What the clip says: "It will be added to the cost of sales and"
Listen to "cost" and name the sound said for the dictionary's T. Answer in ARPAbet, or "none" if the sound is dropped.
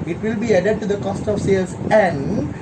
T